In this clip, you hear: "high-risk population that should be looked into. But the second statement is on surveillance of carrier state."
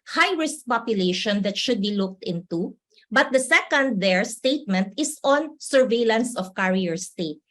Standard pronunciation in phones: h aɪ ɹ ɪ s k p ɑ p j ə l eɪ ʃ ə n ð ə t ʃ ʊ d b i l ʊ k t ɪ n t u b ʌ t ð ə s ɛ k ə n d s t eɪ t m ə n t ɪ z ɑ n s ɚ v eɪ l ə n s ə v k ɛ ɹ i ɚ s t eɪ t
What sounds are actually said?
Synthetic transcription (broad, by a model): h aɪ ɹ ɪ s k p ɑ p j ə l eɪ ʃ ə n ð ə t ʃ ʊ d b i l ʊ k t ɪ n t u b ʌ t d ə s ɛ k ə n d s t eɪ t m ə n t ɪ s ɑ n s ɚ v eɪ l ə n s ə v k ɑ ɹ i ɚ s t eɪ t